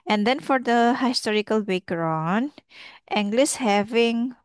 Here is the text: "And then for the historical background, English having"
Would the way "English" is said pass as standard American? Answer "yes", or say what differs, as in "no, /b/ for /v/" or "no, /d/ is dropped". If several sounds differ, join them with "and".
no, /s/ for /ʃ/